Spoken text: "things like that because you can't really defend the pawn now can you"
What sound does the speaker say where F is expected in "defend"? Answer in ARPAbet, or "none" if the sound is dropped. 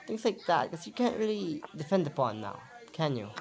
F